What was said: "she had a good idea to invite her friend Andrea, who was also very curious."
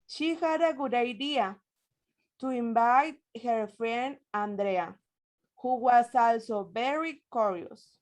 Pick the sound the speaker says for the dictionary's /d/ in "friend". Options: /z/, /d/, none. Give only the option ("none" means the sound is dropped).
none